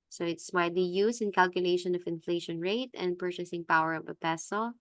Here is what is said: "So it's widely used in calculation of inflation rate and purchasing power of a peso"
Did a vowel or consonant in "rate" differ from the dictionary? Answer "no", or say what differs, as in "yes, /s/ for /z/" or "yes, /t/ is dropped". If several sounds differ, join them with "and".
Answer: no